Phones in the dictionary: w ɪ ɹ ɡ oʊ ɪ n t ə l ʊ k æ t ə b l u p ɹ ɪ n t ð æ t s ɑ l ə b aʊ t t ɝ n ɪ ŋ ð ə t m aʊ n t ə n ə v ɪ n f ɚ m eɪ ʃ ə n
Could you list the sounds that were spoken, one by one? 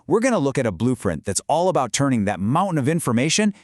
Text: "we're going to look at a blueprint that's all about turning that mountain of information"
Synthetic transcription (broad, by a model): w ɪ ɹ ɡ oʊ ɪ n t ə l ʊ k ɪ t ə b l u f ɹ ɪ n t ð æ t s ɑ l ə b aʊ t t ɝ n ɪ ŋ ð ə t m aʊ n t n ə v ɪ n f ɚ m eɪ ʃ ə n